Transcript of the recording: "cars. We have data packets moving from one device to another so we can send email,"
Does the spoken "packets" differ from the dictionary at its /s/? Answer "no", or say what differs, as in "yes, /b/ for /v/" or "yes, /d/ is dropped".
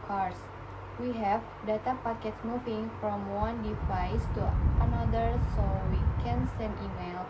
yes, /s/ is dropped